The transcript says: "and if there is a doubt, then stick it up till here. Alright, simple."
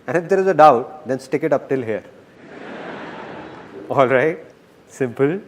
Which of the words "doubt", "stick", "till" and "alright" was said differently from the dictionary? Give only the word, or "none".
none